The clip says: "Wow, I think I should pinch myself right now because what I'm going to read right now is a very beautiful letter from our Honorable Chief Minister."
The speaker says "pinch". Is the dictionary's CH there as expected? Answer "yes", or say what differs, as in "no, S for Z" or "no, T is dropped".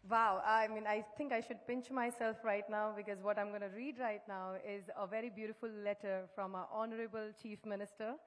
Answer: yes